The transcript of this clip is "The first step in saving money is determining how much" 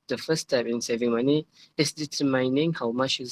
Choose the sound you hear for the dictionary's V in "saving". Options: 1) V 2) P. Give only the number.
1